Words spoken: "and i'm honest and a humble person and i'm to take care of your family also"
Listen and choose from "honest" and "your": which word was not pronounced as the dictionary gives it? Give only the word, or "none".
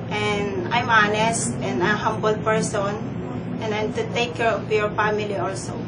none